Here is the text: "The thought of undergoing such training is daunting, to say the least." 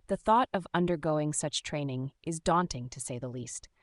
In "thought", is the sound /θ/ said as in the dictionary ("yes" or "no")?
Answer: yes